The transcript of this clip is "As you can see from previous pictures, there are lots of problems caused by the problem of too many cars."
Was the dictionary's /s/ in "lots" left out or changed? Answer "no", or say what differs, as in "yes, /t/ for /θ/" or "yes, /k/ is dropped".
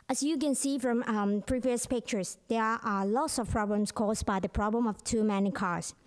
no